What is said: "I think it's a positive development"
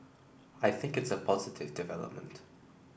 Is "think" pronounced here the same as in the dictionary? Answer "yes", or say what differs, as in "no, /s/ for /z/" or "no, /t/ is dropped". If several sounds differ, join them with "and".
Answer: yes